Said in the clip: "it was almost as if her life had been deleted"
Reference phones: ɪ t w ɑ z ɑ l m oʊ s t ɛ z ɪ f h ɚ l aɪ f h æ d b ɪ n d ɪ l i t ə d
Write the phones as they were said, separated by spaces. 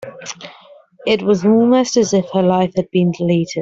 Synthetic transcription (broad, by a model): ɪ t w ɑ z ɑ m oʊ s t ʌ z ɪ f h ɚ l aɪ f h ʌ d b ɪ n d ɪ l i t ə d